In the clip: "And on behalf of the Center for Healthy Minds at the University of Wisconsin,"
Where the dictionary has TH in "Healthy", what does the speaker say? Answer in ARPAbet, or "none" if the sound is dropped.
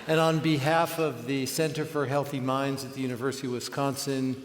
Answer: TH